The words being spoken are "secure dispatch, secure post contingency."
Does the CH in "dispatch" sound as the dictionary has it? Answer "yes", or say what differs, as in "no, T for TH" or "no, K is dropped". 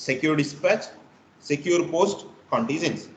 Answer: yes